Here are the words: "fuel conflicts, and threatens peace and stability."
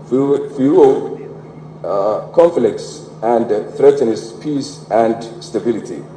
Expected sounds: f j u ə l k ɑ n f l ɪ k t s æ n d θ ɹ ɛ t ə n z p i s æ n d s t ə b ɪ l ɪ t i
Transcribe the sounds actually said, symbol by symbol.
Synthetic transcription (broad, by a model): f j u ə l k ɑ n f l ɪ k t s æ n d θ ɹ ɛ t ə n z p i s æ n d s t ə b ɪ l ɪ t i